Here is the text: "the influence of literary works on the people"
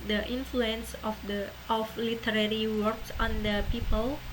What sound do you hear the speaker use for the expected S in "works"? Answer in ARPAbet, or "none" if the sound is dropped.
S